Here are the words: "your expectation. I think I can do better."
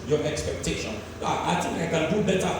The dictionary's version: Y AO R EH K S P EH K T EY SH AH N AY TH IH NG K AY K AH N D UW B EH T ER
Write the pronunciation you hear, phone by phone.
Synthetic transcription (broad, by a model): Y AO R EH K S P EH K T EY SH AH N AY T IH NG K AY K AH N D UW B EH T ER